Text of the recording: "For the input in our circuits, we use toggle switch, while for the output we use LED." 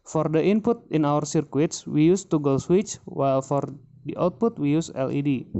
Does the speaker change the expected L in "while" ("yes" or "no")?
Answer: no